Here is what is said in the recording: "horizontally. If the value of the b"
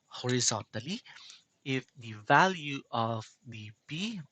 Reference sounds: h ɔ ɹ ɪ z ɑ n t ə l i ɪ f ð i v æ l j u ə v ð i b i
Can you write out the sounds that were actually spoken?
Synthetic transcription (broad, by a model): h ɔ ɹ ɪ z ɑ n t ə l i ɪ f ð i v æ l j u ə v ð i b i